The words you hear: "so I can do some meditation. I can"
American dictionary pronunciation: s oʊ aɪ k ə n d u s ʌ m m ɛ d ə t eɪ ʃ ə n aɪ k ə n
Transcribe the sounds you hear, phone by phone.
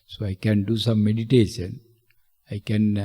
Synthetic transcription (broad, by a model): s oʊ aɪ k ə n d u s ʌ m m ɛ d ə t eɪ ʃ ə n aɪ k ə n